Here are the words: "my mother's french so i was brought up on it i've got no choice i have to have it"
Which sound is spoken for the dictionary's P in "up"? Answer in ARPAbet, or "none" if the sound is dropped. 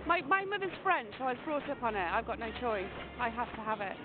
P